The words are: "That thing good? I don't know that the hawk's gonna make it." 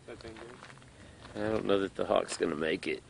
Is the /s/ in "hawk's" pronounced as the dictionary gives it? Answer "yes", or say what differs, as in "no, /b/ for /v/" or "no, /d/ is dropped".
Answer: yes